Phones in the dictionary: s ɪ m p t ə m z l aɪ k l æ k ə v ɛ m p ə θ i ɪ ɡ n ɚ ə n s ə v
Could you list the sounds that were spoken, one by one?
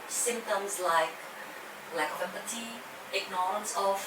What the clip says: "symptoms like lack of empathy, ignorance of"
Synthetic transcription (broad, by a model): s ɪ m p t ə m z l aɪ k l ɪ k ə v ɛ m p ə t i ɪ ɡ n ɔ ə n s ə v